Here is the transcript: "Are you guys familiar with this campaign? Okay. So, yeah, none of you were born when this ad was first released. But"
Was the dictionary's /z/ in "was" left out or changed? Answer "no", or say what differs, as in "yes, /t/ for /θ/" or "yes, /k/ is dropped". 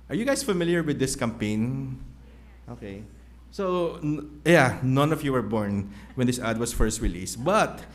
yes, /s/ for /z/